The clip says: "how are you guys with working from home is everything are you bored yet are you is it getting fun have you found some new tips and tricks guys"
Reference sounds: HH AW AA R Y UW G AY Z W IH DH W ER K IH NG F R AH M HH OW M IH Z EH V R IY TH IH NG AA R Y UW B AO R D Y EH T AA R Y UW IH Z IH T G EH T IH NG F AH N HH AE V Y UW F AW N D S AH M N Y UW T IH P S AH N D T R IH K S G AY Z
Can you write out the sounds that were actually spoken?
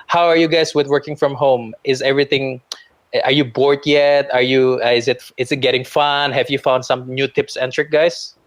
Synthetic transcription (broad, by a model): HH AW AA R Y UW G AY S W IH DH W ER K IH NG F R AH M HH OW M IH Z EH V R IY TH IH NG AA R Y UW B AO R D Y EH T AA R Y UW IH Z IH T G EH T IH NG F AH N HH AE V Y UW F AW N D S AH M N Y UW T IH P S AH N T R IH K G AY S